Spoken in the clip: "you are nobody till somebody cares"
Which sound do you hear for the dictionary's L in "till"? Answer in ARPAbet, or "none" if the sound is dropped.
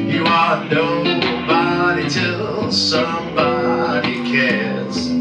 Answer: L